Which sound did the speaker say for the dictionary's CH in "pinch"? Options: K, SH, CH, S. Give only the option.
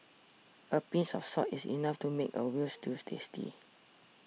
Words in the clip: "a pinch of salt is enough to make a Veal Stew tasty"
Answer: S